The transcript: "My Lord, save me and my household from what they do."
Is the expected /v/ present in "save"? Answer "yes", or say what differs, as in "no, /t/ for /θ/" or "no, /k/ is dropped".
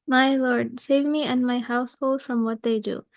yes